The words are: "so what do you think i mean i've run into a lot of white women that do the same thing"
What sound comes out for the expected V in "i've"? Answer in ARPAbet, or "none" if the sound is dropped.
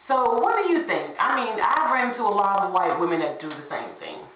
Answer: B